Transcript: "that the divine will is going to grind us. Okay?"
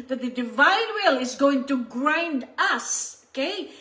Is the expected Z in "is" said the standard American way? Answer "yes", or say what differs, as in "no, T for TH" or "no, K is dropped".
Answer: yes